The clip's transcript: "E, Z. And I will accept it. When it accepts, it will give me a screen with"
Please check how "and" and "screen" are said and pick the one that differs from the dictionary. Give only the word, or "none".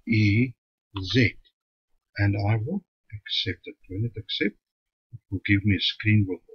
none